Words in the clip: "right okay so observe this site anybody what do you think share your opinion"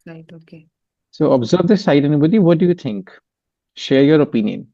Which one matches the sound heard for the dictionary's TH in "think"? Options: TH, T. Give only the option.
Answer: T